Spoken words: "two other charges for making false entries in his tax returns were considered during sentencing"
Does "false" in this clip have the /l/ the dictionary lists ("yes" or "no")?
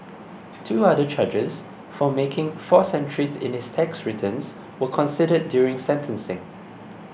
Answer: no